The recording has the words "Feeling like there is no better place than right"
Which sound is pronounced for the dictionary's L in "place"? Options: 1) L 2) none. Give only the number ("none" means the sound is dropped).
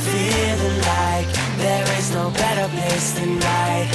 2